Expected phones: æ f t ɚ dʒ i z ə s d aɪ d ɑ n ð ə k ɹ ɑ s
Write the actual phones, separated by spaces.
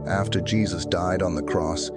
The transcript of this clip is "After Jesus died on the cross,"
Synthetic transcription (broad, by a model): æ f t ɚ dʒ i z ə s d aɪ d n ð ə k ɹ ɑ s